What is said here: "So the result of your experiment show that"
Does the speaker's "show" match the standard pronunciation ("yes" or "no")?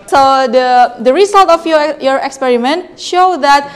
yes